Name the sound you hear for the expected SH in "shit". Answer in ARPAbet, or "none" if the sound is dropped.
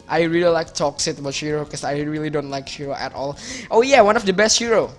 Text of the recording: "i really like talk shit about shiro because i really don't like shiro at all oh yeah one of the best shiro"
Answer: S